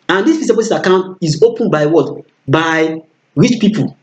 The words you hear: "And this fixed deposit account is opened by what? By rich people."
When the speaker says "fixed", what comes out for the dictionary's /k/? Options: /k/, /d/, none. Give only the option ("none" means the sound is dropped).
none